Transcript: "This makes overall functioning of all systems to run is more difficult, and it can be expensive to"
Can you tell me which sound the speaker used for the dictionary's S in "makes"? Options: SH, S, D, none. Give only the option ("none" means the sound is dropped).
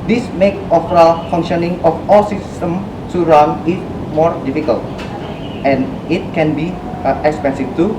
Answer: none